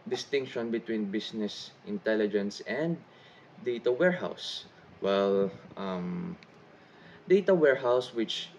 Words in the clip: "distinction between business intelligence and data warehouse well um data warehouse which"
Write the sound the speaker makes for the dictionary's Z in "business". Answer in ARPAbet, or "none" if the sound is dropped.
S